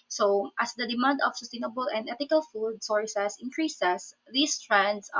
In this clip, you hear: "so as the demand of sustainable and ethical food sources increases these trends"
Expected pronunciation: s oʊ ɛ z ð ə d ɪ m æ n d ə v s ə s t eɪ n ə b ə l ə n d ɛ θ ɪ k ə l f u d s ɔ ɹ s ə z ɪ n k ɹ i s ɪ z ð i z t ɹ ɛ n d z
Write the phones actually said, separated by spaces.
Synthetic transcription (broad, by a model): s oʊ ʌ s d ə d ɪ m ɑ n d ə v s ə s t eɪ n ə b ə l ə n d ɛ t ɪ k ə l f u d s ɔ ɹ s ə s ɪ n k ɹ i s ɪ s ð i s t ɹ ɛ n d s